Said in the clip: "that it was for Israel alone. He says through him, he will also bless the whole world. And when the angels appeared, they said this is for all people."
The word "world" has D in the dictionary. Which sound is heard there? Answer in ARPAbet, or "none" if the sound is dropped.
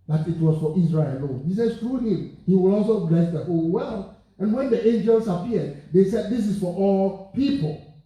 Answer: none